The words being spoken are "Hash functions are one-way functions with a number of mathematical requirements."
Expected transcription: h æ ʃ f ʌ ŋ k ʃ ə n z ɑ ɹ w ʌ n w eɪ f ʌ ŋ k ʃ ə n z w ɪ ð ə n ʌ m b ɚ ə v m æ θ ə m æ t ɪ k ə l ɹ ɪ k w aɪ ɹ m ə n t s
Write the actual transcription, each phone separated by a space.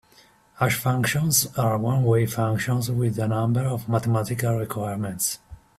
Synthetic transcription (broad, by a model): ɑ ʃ f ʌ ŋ k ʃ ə n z ɑ ɹ w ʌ n w eɪ f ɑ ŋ k ʃ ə n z w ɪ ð ə n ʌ m b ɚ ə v m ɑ t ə m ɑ t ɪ k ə l ɹ ɪ k w aɪ ɹ m ə n t s